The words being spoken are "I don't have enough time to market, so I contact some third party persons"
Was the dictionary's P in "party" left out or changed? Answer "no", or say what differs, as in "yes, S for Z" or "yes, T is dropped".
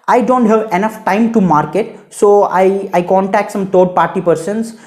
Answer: no